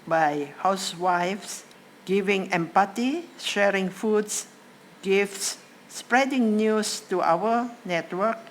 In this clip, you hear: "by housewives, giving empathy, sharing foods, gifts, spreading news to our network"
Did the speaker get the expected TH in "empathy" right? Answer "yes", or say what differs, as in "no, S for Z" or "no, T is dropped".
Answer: no, T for TH